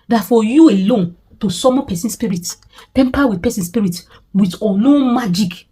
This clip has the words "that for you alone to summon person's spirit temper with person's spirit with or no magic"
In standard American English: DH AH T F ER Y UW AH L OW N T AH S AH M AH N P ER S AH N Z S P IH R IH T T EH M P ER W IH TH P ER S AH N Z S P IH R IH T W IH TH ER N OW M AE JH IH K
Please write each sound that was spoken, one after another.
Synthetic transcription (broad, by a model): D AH T F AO Y UW AH L OW N T AH S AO M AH P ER S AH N S P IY R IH T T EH M P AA W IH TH P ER S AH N S P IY R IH T W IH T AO L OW M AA JH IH K